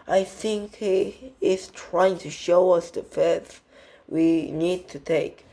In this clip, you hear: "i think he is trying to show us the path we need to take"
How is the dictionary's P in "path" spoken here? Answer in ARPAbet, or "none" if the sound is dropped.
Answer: F